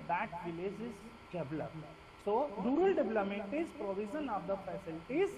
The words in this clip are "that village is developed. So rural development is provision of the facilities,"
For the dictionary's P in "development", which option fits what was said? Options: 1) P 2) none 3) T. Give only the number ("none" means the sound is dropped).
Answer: 2